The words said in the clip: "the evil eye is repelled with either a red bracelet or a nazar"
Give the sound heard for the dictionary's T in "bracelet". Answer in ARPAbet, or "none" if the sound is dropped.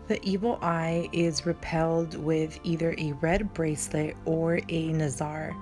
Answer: T